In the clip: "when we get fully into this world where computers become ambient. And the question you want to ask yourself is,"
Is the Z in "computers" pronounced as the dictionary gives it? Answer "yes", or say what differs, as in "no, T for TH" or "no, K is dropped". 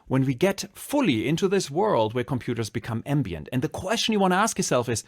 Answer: yes